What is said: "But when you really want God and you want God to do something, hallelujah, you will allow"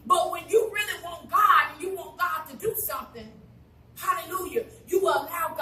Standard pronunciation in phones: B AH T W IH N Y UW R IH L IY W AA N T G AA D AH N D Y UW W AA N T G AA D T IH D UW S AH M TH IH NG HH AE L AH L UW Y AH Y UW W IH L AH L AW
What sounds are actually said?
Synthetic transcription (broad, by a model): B AH T W IH N Y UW R IH L IY W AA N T G AA D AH N Y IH W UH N G AA D T IH D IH S AH M TH IH NG HH AE L AH L UW Y AH Y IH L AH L AW